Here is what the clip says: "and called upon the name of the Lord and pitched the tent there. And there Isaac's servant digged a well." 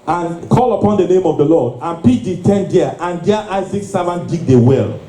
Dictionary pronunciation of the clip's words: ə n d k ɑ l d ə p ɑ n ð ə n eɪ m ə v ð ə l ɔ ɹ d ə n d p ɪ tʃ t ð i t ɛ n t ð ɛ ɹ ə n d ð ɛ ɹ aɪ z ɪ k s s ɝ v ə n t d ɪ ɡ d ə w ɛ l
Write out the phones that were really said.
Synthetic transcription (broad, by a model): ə n k ɑ l ə p ɑ n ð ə n eɪ m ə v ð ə l ɔ d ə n p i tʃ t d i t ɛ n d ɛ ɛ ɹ ə n d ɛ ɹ aɪ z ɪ k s s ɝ v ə n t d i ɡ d ə w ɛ l